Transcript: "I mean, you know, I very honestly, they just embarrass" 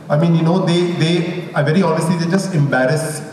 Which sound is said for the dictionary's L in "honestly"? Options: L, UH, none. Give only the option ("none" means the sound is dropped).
L